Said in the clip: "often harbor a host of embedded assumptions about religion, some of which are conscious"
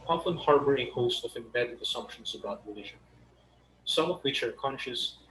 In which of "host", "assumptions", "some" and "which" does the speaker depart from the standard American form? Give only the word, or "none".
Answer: assumptions